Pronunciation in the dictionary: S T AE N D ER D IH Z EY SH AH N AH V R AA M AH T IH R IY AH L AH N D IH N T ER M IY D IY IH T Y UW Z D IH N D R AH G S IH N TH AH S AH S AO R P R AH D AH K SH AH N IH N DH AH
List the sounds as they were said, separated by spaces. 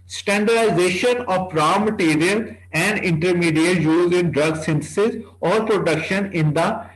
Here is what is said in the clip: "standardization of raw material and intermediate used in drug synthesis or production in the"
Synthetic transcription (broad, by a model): S T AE N D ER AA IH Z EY SH AH N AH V R AA M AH T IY R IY AH L AH N D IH N T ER M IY D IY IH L Y UW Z IH N D R AH G S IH N T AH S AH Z AO R P R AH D AH K SH AH N IH N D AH